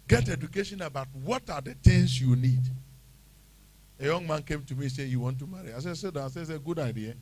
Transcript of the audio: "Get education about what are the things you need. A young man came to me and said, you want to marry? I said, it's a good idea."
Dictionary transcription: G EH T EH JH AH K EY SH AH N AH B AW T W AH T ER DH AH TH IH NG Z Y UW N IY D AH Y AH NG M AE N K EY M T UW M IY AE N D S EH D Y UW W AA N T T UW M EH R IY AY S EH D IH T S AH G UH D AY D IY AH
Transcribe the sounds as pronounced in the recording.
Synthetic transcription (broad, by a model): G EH T EH JH AH K EY SH AH N AH B AW T W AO T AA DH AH T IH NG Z Y UW N IY D AH Y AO NG M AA N K EY M T UW M IY S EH Y UW W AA N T T UW M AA R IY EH S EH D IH S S AH G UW D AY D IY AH